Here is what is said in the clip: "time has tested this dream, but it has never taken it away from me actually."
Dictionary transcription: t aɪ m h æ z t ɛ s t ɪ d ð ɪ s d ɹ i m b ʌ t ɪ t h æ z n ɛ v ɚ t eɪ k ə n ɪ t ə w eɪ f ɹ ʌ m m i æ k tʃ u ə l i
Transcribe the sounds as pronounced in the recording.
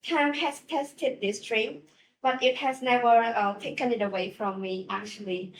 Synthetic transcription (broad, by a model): t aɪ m h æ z t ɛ s t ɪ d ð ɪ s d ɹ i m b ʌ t ɪ t h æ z n ɛ v ɚ t eɪ k ə n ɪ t ə w eɪ f ɹ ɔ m m i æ k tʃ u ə l i